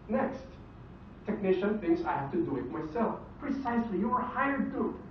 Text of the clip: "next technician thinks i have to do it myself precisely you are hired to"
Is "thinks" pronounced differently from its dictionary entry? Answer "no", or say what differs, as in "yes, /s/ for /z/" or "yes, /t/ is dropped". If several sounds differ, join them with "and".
yes, /k/ is dropped